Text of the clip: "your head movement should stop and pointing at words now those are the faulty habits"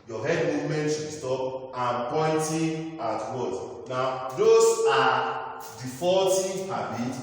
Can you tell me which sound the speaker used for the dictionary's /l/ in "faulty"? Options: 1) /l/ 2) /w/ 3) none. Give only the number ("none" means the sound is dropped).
3